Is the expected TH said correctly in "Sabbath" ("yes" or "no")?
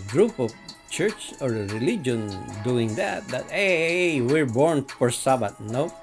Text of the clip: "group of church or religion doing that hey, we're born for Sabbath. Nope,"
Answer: no